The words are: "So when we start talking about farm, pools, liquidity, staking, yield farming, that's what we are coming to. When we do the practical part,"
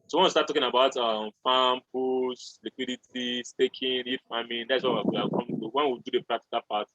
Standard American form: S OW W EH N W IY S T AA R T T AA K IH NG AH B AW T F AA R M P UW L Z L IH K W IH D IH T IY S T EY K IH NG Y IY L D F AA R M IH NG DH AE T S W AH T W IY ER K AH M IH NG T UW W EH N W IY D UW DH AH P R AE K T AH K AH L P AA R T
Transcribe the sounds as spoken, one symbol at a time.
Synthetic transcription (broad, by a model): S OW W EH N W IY S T AA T T AA K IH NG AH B AW T F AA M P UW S L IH K W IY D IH T IY S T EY K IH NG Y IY D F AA M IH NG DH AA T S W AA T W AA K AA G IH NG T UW W EH N W IY D UW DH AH P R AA K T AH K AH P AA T